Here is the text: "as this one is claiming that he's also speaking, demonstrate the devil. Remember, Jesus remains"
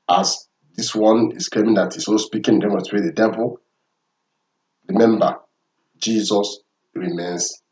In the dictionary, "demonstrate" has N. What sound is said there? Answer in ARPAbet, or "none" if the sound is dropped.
none